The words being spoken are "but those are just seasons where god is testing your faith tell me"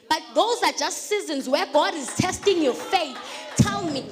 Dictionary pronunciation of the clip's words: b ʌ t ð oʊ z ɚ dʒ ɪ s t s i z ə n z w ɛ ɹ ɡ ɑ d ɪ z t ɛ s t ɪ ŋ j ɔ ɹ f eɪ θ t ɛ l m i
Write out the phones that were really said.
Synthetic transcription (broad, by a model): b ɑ t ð oʊ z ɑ dʒ ɪ s t s i z ə n z w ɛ ɡ ɑ d ɪ z t ɛ s t ɪ ŋ j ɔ f eɪ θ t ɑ n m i